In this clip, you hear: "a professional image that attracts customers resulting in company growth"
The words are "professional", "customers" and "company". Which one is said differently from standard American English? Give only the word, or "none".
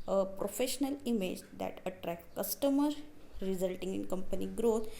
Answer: customers